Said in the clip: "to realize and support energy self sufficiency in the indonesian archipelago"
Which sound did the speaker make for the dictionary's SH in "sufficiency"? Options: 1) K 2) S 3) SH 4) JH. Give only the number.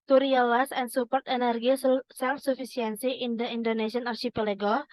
2